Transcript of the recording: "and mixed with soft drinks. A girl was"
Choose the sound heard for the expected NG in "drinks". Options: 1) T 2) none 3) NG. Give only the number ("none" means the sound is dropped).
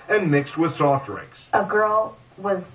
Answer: 2